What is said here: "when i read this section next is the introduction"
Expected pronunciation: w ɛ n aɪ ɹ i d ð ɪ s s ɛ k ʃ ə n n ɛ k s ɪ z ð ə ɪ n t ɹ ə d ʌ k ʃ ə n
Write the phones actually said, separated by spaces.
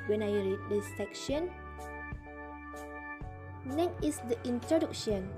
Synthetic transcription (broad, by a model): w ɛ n aɪ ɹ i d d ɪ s s ɛ k ʃ ə n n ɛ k ɪ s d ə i n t ɹ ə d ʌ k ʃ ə n